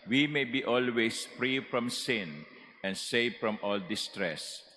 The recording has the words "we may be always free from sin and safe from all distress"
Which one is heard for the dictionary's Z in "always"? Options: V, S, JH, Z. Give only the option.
S